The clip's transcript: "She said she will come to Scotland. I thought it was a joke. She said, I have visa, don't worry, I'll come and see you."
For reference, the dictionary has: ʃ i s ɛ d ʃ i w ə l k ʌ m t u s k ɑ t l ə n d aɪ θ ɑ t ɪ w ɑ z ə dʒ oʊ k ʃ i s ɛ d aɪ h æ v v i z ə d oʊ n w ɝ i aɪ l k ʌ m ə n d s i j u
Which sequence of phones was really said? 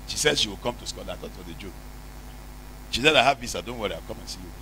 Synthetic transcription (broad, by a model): ʃ i s ɛ d ʃ i w ə l k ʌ m t u s k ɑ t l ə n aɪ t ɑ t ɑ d ə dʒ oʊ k ʃ i s ɛ d aɪ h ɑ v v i s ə d oʊ n w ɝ i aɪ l k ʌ m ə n s i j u